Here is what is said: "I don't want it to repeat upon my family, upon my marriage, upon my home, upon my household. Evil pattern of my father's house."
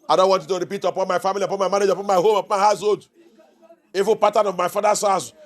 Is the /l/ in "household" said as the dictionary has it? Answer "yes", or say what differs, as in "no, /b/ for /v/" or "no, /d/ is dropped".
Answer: no, /l/ is dropped